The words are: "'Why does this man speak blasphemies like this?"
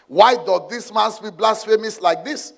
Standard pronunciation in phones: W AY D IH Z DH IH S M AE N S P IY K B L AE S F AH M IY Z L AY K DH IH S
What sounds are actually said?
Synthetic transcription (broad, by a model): W AY D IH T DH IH S M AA N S B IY B L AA S F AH M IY S L AY K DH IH S